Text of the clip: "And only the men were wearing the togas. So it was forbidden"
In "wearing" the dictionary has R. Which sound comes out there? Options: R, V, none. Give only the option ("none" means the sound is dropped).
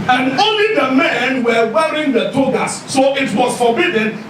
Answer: R